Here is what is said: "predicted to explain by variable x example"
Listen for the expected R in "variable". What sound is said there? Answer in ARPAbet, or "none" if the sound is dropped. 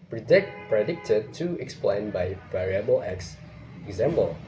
R